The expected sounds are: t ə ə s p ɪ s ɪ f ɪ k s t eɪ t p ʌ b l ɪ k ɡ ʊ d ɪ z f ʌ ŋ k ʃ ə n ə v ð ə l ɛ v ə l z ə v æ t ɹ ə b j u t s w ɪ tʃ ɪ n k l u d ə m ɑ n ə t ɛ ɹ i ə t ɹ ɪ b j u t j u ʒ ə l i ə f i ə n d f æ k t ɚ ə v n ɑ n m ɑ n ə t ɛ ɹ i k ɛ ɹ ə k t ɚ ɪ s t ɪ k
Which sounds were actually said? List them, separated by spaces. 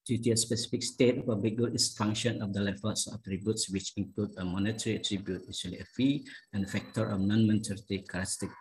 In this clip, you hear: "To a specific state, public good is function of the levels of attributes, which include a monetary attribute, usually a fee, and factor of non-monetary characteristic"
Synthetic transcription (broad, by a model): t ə ə s p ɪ s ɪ f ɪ k s t eɪ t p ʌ b l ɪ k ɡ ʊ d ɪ s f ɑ ŋ k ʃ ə n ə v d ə l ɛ f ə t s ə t ɹ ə b j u t s w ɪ tʃ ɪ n k l u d ə m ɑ n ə t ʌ ɹ i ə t ɹ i b j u t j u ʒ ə l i ə f i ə n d f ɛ k t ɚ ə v n ɑ n m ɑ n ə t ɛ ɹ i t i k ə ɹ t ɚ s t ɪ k